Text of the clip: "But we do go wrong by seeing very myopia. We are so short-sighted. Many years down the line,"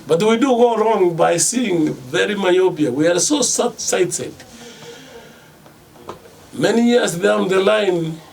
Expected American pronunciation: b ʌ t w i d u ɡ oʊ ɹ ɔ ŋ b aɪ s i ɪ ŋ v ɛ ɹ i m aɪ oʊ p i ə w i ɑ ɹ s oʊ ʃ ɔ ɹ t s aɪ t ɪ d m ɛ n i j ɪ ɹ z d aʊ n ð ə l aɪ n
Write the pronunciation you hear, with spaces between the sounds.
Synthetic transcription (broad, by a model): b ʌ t w i d u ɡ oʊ ɹ ɔ ŋ b aɪ s i ɪ ŋ v ɛ ɹ i m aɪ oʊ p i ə w i ɑ ɹ s oʊ s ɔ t s aɪ t ɪ d m ɛ n i j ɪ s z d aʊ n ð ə l aɪ n